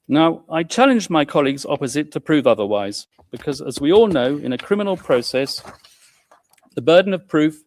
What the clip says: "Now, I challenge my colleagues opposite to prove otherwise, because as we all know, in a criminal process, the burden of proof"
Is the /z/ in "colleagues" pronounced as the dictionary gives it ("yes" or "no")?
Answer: yes